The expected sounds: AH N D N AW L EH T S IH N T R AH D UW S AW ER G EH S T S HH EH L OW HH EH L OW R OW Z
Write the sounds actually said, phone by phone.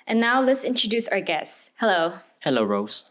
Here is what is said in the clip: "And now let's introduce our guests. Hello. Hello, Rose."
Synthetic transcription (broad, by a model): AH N N AW L EH T S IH N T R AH D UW S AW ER G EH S S HH EH L OW HH EH L OW R OW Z